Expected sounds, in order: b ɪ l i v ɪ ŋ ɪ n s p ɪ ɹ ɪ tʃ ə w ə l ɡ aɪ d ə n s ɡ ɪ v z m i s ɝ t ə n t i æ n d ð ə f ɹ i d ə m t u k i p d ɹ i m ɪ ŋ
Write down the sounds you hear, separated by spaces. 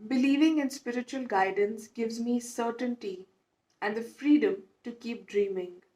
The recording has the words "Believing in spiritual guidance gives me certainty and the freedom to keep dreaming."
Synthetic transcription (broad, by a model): b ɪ l i v ɪ ŋ ɪ n s p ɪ ɹ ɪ tʃ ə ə l ɡ aɪ d ə n s ɡ ɪ v z m i s ɝ t ə n t i æ n d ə f ɹ i d ə m t u k i p d ɹ i m ɪ ŋ